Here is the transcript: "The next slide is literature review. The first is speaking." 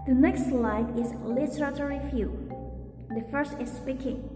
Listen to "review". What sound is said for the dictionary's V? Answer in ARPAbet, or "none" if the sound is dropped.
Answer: F